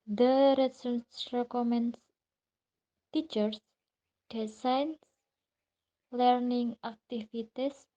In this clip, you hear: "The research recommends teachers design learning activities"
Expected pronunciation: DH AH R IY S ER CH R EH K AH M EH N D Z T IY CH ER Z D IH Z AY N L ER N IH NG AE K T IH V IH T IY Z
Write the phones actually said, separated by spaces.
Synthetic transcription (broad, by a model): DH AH R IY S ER S R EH K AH M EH N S T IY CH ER S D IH S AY N L ER N IH NG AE K T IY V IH T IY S